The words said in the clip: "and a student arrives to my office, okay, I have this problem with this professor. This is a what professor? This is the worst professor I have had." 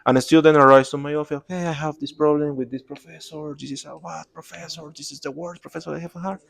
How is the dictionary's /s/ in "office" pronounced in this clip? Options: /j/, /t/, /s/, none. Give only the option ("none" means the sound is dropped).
none